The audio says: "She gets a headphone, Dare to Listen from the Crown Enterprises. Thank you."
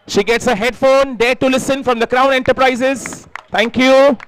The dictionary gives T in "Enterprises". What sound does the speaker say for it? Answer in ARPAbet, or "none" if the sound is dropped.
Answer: T